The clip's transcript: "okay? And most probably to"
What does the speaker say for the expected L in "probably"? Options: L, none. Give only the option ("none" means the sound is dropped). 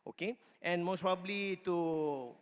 L